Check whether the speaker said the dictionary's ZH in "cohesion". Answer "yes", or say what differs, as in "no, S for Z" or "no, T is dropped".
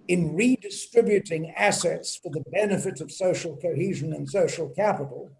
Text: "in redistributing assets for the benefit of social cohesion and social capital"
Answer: yes